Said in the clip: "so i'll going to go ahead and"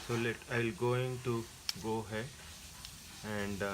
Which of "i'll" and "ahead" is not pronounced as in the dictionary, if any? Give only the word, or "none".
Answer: ahead